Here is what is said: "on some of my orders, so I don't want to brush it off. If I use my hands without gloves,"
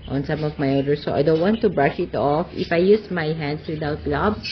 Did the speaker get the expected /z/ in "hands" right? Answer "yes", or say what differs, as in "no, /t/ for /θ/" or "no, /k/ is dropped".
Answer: no, /s/ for /z/